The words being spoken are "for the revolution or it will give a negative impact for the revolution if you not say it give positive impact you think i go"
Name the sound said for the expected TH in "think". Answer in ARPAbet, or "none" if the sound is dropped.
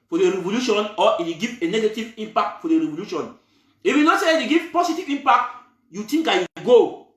T